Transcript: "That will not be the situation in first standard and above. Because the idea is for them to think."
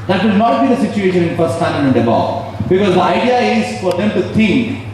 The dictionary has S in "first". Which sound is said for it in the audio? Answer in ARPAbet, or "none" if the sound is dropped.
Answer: none